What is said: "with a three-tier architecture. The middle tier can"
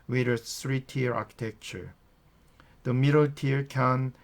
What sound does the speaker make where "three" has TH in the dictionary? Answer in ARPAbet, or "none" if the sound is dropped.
S